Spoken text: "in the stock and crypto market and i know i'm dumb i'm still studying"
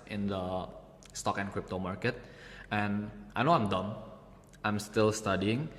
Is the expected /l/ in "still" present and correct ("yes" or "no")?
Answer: yes